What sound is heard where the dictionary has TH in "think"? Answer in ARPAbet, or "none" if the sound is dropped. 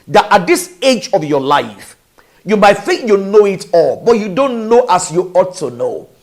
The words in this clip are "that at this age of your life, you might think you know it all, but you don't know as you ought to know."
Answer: TH